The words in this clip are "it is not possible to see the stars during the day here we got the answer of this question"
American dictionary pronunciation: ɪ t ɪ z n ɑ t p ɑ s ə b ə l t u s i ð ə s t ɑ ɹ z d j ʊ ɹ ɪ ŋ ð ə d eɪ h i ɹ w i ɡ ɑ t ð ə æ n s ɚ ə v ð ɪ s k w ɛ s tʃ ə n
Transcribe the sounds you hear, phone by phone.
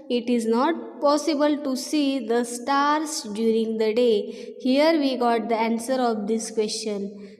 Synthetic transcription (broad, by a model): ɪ t ɪ z n ɑ t p ɑ s ə b ə l t u s i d ə s t ɑ ɹ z d j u ɹ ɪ ŋ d ə d eɪ h i ɹ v i ɡ ɑ t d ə æ n s ɚ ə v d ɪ s k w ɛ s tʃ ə n